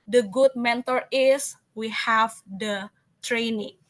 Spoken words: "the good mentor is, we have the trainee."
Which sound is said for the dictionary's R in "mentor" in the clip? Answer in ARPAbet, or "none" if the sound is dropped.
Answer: R